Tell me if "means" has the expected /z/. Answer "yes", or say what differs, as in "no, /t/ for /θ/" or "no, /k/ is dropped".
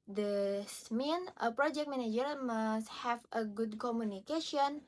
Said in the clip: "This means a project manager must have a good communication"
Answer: no, /z/ is dropped